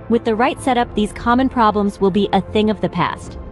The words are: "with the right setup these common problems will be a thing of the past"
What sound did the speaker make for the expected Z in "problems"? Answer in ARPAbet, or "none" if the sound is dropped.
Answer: Z